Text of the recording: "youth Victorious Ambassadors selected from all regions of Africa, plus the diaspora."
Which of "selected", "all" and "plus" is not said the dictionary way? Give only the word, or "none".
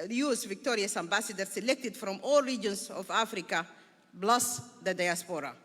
plus